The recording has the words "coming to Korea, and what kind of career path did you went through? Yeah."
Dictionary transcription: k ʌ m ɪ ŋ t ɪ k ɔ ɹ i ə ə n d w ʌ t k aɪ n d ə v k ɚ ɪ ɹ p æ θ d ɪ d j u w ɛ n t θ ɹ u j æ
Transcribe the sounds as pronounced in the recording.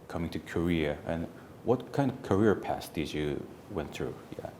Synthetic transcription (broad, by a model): k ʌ m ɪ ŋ t ɪ k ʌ ɹ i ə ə n w ʌ t k aɪ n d ə v k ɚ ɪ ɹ p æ s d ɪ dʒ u w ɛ n θ ɹ u j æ